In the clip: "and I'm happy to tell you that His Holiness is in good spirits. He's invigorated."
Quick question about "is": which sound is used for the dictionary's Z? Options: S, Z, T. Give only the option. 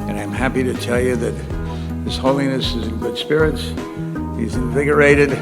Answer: Z